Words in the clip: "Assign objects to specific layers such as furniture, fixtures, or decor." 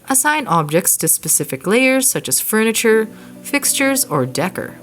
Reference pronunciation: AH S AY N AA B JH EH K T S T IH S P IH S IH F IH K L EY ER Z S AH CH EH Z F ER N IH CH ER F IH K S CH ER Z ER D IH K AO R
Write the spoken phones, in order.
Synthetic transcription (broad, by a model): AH S AY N AA B JH EH K T S T IH S P IH S IH F IH K L EY ER Z S AH CH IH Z F ER N IH CH ER F IH K S CH ER Z ER D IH K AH R